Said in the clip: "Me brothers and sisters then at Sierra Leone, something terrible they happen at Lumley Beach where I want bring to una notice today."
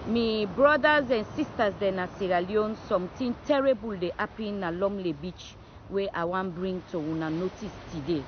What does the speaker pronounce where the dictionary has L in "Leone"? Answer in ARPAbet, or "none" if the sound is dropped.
L